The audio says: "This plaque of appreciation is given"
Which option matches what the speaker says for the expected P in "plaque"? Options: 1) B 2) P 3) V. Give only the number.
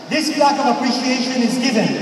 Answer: 1